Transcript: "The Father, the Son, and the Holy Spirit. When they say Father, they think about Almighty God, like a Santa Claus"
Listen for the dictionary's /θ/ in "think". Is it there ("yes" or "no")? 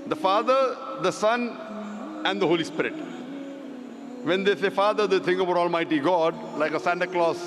no